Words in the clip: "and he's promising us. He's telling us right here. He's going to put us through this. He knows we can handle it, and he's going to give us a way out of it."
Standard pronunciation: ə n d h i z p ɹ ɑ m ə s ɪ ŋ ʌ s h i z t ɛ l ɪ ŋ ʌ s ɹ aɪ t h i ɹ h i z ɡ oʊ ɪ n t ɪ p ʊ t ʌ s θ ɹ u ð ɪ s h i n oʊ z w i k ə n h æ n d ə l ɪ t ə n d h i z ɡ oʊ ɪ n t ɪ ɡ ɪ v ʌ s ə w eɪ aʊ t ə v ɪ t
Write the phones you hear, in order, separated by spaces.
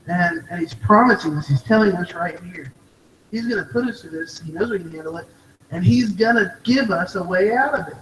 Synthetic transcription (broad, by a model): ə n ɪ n i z p ɹ ɑ m ə s ɪ ŋ ʌ s h i z t ɛ l ɪ ŋ ʌ s ɹ aɪ t h i ɹ h i z ɡ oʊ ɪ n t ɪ p ʊ t ʌ s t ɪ ð ɪ s h i n oʊ z w i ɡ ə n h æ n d l ɪ t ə n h i z ɡ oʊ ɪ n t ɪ ɡ ɪ v ʌ s ə w eɪ aʊ t ə v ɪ t